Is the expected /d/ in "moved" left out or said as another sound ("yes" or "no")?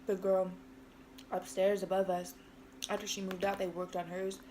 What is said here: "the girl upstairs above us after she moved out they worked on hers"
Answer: no